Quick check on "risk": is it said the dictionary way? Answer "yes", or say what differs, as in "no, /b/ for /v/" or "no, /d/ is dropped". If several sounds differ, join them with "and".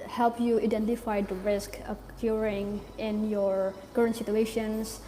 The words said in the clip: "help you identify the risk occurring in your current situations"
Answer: yes